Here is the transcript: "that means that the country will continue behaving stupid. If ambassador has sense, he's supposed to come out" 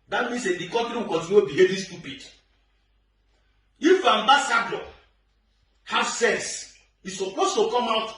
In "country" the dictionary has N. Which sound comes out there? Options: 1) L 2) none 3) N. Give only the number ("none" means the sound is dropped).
2